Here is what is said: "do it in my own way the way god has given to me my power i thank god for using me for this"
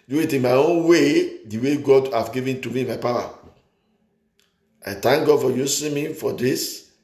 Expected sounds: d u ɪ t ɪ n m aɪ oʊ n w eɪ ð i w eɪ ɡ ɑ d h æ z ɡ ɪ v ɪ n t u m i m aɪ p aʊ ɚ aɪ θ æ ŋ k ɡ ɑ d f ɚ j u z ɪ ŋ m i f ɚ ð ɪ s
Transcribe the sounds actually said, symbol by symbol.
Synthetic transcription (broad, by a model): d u ɪ t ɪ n m aɪ oʊ n w eɪ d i w eɪ ɡ ɑ d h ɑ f ɡ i v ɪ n t u m i m aɪ p aʊ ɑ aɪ t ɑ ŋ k ɡ ɑ d f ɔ j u s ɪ m i f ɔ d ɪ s